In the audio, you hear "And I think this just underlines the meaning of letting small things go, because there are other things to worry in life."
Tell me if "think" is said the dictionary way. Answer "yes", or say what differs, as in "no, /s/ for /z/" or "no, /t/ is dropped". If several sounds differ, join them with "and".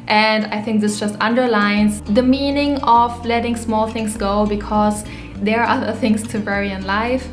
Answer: yes